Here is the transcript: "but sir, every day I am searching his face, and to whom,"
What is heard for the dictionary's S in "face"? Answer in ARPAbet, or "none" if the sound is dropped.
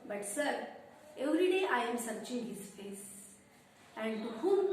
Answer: S